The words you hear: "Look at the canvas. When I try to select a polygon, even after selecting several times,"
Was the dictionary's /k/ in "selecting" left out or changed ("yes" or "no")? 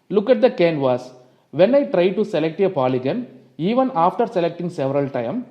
no